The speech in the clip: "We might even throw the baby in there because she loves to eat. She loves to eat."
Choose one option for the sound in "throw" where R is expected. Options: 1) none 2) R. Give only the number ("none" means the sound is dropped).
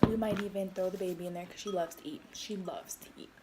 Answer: 1